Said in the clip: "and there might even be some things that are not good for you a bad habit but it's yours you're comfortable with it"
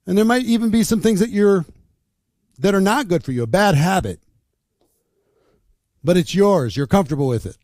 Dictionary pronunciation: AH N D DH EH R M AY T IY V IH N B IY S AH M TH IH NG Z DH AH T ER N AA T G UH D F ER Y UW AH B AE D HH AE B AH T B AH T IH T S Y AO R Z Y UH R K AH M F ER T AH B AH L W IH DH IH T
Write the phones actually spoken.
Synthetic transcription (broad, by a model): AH N DH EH R M AY T IY V IH N B IY S AH M TH IH NG Z DH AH T ER N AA T G UH D F ER Y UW AH B AE D HH AE B AH T B AH T IH T S Y AO R Z Y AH R K AH M F T AH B L W IH DH IH T